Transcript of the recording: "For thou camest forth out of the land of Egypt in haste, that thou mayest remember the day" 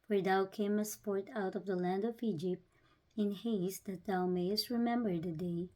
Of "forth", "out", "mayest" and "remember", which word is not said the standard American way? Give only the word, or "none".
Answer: forth